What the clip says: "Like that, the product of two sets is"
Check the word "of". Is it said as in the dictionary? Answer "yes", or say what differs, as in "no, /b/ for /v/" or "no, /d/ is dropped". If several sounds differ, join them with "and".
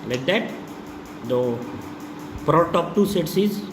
no, /p/ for /v/